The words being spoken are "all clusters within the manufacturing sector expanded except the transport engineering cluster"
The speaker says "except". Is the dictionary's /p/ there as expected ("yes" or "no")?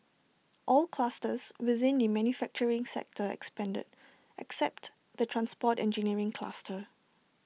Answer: yes